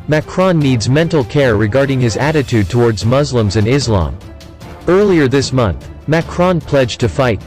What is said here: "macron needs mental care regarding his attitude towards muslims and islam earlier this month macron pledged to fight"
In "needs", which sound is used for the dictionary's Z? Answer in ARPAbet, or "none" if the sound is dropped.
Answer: Z